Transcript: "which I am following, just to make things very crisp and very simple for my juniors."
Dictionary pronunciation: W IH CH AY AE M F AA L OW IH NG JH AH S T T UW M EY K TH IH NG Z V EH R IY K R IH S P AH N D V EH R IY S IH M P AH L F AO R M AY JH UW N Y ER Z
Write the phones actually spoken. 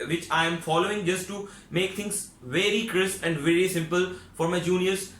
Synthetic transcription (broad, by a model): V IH CH AY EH M F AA L OW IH NG JH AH S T T UW M EY K T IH NG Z V EH R IY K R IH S AH N D V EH R IY S IH M P AH L F AO R M AY JH UW N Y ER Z